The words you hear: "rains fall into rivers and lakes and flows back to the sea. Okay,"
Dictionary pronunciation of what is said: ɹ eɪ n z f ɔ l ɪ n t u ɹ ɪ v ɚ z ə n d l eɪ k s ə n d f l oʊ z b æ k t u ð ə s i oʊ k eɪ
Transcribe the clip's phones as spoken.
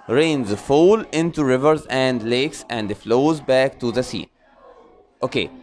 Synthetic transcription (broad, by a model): ɹ eɪ n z f ɔ l ɪ n t u ɹ ɪ v ɚ z ə n d l eɪ k s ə n d f l oʊ z b æ k t u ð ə s i oʊ k eɪ